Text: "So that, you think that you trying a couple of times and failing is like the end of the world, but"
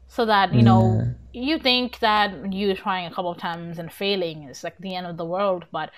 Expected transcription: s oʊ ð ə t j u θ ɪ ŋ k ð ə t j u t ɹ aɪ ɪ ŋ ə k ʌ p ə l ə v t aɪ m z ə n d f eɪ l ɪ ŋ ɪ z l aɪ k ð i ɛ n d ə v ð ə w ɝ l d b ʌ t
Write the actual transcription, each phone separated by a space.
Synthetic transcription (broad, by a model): s oʊ ð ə t j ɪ θ ɪ ŋ k ð ə t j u t ɹ aɪ ɪ ŋ ə k ʌ p l ə v t aɪ m z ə n f eɪ l ɪ ŋ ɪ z l aɪ k ð i ɛ n d ə v ð ə w ɝ l d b ʌ t